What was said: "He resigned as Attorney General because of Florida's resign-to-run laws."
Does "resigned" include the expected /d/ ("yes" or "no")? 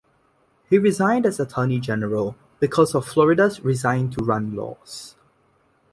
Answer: yes